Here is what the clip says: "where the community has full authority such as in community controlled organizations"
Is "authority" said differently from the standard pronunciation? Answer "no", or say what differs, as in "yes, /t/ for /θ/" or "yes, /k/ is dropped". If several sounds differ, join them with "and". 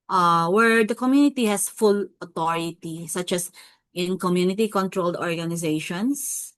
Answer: yes, /t/ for /θ/